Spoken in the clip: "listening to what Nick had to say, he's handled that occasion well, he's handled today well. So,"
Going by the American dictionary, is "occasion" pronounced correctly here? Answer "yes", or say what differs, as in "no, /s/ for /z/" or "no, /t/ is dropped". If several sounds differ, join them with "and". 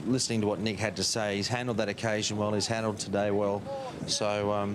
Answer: yes